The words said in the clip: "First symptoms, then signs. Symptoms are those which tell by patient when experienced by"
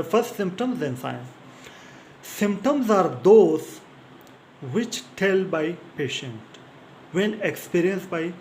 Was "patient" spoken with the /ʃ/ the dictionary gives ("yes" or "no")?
yes